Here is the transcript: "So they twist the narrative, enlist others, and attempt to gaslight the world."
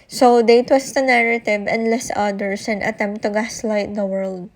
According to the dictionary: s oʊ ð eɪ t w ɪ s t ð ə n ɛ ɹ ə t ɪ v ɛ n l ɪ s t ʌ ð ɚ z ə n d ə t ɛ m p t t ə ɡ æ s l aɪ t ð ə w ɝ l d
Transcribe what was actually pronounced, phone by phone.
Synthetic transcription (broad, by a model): s oʊ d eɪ t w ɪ s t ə n ɛ ɹ ə t ɪ v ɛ n l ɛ s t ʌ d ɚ s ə n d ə t ɛ m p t t ə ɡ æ s l aɪ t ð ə w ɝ l d